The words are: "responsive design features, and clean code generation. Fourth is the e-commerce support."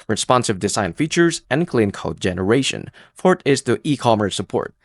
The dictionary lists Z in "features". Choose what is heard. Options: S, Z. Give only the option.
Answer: Z